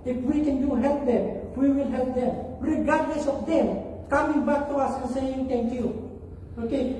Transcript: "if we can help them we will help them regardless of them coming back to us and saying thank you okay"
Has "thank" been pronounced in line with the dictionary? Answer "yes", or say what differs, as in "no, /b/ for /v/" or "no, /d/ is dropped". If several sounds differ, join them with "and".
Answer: no, /t/ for /θ/